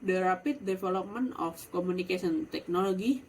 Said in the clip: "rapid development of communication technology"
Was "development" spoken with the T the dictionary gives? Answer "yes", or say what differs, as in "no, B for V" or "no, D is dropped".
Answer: no, T is dropped